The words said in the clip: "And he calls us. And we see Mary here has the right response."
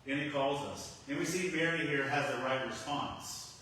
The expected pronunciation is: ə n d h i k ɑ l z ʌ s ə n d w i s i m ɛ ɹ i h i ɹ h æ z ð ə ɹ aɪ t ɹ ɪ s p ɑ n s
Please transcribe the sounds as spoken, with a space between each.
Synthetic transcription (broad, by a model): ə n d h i k ɑ l z ʌ s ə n w i s i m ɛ ɹ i h i ɹ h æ z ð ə ɹ aɪ t ɹ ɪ s p ɑ n s